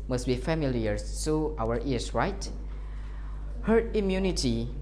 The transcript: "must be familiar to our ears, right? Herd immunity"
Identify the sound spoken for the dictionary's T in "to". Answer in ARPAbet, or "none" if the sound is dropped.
S